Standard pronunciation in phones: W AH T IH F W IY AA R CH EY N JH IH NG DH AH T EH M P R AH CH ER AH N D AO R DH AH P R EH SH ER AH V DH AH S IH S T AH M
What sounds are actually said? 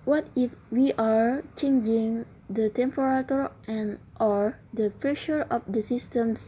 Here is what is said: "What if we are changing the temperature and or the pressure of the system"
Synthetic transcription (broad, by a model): W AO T IH F W IY AA R CH EY N JH IH NG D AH T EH M P R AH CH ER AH N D AO R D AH P R EH SH ER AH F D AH S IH S T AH M